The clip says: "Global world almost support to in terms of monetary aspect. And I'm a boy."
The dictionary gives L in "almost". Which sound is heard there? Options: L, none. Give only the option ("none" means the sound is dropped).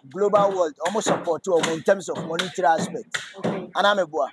none